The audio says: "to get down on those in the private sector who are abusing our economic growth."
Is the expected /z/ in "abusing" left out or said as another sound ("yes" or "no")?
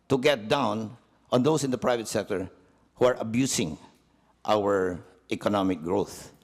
yes